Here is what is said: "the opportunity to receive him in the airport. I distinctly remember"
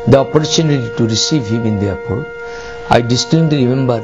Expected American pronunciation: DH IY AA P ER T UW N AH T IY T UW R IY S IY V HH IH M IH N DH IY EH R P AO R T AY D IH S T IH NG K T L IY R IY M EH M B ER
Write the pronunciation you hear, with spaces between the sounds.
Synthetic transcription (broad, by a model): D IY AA P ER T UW N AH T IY T UW R IY S IY V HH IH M IH N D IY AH P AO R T AY D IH S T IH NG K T IY R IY M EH M B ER